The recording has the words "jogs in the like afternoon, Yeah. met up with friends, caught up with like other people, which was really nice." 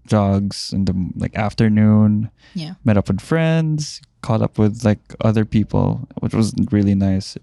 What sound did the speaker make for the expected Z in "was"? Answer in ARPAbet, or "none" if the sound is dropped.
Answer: Z